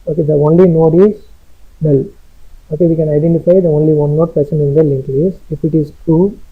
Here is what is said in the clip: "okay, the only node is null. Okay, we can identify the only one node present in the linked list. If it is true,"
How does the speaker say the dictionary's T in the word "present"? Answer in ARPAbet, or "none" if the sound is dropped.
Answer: none